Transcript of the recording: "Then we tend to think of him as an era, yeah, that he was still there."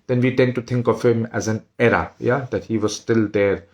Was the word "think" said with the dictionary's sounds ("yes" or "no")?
no